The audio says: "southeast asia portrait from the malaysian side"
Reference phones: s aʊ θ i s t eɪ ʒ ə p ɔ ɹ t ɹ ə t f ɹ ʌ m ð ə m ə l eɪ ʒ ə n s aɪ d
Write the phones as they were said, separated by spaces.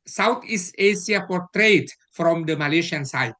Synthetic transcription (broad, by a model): s aʊ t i s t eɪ s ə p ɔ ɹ t ɹ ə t f ɹ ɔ m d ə m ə l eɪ ʃ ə n s aɪ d